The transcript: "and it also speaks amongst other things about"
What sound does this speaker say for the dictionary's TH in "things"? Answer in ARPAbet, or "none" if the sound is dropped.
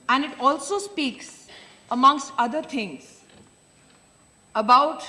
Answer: T